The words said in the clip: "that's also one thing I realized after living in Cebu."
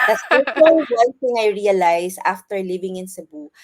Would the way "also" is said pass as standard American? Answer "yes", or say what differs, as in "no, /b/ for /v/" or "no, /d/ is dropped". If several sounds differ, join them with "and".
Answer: no, /s/ is dropped